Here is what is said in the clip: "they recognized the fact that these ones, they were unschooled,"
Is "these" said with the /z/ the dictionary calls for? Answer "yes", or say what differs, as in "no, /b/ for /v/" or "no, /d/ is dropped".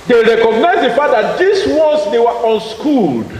no, /s/ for /z/